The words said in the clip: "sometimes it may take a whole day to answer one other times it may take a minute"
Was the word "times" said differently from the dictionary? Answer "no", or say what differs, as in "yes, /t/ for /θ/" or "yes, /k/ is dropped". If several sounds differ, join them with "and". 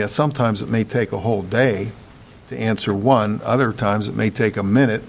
no